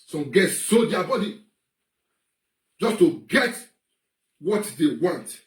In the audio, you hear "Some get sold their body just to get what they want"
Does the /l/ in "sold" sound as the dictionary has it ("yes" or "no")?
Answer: no